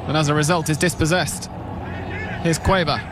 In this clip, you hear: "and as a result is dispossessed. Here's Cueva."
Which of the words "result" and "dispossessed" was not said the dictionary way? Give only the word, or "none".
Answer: none